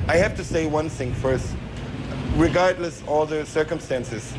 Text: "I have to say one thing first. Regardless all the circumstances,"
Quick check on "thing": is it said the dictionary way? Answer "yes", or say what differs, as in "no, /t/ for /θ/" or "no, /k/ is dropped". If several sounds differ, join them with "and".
yes